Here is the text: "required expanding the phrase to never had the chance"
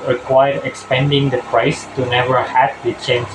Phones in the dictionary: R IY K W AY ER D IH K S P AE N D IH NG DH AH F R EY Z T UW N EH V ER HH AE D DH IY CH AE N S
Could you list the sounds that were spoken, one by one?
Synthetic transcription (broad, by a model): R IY K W AY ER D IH K S P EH N D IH NG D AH P R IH S T UW N EH V ER HH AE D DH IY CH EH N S